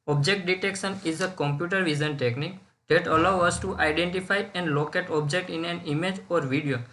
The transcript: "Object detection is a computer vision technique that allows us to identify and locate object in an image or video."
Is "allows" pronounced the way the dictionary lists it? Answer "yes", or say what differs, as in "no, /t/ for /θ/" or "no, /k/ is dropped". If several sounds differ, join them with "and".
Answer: no, /z/ is dropped